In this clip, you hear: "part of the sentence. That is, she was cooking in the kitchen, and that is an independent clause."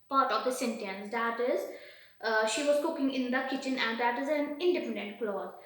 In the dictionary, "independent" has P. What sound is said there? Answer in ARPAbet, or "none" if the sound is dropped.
P